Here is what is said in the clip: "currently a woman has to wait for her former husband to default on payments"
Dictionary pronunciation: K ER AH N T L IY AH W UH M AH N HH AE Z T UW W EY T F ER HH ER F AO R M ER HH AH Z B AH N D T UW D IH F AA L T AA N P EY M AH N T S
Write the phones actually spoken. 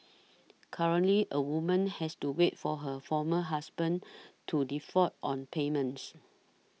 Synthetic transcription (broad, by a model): K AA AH N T L IY AH W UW M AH N HH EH S T UW W EY T F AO HH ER F AO M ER HH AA S B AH N T UW D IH F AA T AA N P EY M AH N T S